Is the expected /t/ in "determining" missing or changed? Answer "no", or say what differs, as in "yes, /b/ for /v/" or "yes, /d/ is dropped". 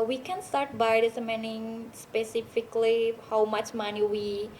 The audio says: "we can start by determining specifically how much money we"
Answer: yes, /s/ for /t/